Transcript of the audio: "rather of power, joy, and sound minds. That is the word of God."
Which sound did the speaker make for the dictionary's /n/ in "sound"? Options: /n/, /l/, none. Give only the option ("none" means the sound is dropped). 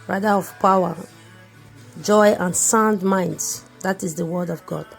/n/